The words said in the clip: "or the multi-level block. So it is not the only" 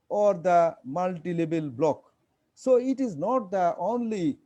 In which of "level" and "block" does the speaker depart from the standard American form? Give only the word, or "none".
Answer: level